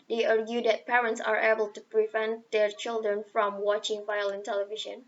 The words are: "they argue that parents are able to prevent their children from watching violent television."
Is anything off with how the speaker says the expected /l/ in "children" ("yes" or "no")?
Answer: no